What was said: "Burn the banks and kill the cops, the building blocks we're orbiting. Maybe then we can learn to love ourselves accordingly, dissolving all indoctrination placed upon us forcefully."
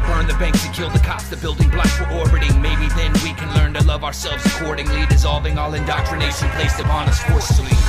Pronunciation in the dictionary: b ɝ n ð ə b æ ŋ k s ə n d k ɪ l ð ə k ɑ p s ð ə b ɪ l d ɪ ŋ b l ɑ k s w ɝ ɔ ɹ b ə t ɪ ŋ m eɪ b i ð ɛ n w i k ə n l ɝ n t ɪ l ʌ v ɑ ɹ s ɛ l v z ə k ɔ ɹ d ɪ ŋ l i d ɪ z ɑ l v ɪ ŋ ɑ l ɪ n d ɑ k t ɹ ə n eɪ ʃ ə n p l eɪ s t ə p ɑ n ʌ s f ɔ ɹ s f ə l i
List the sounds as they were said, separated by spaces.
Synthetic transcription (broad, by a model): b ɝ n ð ə b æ ŋ k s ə k ɪ l ð ə k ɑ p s ð ə b ɪ l d ɪ ŋ b l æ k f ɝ ɔ ɹ b ə t ɪ ŋ m eɪ b i ð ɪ n w i k ə n l ɝ n t ɪ l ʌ v ɑ ɹ s ɛ l v z ə k ɔ ɹ d ɪ ŋ l i d ɪ z ɑ l v ɪ ŋ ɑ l ɪ n d ɑ k t ɹ ə n eɪ ʃ ə n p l eɪ s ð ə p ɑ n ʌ s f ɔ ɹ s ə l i